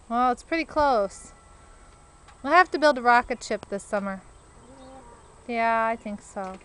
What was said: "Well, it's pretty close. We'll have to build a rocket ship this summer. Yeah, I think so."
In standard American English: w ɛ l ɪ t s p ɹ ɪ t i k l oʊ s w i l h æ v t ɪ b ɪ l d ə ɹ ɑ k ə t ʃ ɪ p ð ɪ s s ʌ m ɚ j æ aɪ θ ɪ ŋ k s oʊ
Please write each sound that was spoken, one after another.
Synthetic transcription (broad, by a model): w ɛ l ɪ t s p ɹ ɪ t i k l oʊ s w i l h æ f t ɪ b ɪ l d ə ɹ ɑ k ə t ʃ ɪ p ð ɪ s s ʌ m ɚ j æ aɪ θ ɪ ŋ k s oʊ